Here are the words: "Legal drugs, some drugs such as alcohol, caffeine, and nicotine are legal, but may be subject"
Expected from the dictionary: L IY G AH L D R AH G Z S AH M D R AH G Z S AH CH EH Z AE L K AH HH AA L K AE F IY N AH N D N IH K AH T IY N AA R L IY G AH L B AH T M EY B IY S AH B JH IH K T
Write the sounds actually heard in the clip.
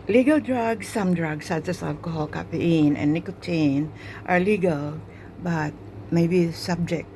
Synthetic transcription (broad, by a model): L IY G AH L D R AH G S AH M D R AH G S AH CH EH S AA L K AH HH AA L K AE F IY AH N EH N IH K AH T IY N AA R L IY G AH L B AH T M EY B IY S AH B JH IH K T